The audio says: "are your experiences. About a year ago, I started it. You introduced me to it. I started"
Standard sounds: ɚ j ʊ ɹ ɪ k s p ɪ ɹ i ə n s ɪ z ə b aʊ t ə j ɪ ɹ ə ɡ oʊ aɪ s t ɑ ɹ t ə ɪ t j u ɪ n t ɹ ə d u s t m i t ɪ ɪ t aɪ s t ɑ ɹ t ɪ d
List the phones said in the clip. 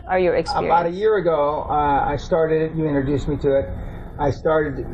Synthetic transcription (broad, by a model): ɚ j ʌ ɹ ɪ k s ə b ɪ ə t ə j ɪ ɹ ə ɡ oʊ aɪ s t ɑ ɹ t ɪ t j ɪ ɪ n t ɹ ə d u s m i t ɪ ɪ t aɪ s t ɑ ɹ t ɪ d